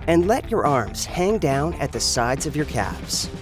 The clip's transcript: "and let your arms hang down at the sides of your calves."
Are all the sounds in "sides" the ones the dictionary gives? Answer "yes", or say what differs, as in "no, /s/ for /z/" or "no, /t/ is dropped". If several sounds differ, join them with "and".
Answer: yes